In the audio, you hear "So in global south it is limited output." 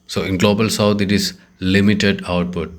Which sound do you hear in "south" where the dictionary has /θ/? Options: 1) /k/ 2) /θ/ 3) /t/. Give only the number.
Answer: 3